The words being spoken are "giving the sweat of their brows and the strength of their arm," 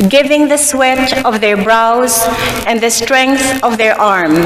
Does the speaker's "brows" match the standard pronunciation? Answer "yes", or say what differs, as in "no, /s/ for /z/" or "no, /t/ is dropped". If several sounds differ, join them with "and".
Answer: yes